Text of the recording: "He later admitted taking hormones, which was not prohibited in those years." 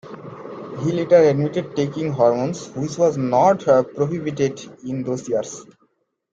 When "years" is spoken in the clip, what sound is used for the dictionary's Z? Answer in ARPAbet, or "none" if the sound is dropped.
S